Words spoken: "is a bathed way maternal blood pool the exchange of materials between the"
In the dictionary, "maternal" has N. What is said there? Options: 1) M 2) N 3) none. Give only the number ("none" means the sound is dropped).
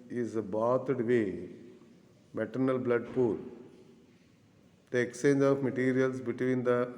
2